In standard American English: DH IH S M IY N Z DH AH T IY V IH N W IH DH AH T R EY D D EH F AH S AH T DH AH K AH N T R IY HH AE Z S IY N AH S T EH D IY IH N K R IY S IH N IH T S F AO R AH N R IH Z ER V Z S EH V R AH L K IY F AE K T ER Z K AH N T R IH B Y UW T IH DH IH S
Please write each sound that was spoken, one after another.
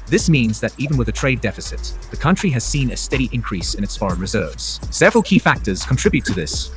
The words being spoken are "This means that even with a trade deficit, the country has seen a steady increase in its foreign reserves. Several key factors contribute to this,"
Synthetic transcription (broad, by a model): DH IH S M IY N Z DH AH T IY V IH N W IH DH AH T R EY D D EH F AH S AH T DH AH K AH N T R IY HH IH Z S IY N AH S T EH D IY IH N K R IY S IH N IH T S F AO R AH N R IH Z ER V Z S EH V R AH L K IY F AE K T ER Z K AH N T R IH B Y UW T IH DH IH S